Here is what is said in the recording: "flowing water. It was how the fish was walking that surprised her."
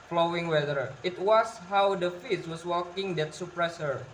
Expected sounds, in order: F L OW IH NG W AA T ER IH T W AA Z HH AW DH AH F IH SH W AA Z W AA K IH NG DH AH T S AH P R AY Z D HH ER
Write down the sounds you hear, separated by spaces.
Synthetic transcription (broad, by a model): F L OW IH NG W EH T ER IH T W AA S HH AW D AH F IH S W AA S W AA K IH NG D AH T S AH P R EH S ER